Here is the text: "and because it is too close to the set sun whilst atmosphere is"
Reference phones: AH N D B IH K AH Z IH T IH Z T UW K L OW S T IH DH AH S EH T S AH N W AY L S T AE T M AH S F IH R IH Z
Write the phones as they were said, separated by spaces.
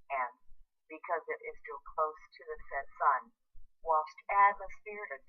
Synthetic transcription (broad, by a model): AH N B IH K AH Z IH T IH Z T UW K L OW S T IH DH AH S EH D S AH N W AY L S T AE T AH S P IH R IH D